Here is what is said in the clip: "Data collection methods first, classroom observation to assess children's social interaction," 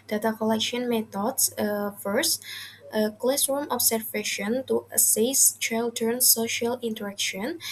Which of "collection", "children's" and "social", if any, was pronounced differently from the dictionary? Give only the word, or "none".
children's